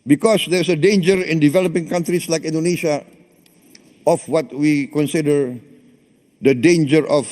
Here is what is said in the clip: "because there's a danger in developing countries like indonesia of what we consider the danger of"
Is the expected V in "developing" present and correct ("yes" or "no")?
yes